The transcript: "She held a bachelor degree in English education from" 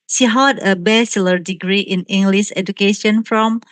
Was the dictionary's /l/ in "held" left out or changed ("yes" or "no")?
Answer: yes